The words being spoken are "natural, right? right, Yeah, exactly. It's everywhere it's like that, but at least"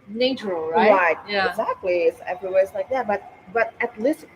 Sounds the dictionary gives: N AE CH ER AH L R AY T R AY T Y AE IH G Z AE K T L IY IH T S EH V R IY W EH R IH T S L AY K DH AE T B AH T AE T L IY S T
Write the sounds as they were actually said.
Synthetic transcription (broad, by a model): N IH CH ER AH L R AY R AY T Y AE IH G Z AE K T L IY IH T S EH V R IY W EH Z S L AY K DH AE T B AH T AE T L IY S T